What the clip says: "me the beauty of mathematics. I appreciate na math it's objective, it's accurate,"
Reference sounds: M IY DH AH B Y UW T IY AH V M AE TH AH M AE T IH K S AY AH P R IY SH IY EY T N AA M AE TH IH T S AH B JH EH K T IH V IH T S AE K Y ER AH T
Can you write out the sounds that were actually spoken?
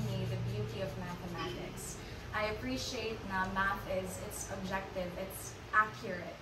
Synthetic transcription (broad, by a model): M IY DH AH B Y UW T IY AH V M AE TH AH M AE T IH K S AY AH P R IY SH IY EY T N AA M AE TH IH T S AH B JH EH K T IH V IH T S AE K Y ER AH T